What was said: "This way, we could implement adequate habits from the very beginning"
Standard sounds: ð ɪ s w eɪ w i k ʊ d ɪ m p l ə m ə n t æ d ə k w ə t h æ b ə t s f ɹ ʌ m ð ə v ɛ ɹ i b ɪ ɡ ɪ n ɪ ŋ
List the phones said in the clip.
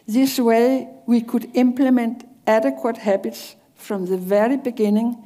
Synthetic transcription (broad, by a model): ð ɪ s w eɪ w i k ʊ d ɪ m p l ə m ə n t æ d ə k w ə t h æ b ə t s f ɹ ʌ m ð ə v ɛ ɹ i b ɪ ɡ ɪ n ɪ ŋ